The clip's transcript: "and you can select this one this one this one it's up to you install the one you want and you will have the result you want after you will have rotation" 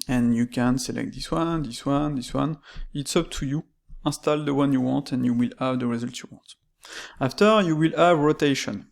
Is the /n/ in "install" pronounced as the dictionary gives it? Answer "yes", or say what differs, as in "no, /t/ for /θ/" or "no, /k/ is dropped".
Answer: no, /n/ is dropped